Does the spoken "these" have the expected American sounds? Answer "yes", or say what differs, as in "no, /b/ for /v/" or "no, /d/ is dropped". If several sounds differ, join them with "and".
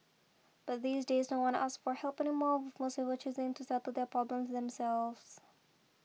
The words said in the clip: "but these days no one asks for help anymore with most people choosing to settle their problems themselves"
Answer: yes